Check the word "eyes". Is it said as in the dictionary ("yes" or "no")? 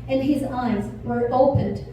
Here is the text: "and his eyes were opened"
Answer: yes